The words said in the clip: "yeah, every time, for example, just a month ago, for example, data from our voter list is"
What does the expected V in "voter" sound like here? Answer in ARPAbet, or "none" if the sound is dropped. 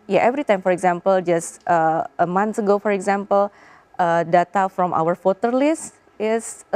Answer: F